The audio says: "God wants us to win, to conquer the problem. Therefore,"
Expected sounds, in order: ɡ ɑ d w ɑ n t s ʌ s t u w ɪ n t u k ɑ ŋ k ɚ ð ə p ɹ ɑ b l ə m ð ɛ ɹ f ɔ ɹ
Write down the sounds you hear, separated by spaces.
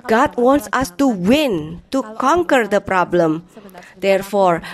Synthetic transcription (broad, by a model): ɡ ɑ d w ɑ n t s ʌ s t u w ɪ n t u k ɑ ŋ k ɚ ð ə p ɹ ɑ b l ə m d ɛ ɹ f ɔ ɹ